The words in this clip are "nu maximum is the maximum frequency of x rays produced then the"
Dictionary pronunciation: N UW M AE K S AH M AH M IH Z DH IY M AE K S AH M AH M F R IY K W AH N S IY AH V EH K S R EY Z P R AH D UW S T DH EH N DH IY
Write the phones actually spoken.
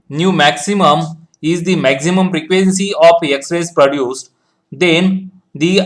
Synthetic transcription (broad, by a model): N UW M AE K S AH M AH M IH Z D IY M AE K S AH M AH M P R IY K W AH N S IY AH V EH K S R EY S P R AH D UW S T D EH N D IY